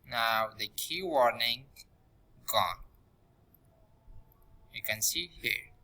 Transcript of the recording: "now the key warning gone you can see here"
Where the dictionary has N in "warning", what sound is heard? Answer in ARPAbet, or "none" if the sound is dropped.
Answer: N